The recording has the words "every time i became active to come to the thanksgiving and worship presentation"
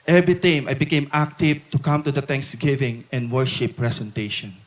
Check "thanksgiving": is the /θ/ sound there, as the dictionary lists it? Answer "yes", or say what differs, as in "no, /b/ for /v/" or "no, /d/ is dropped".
no, /t/ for /θ/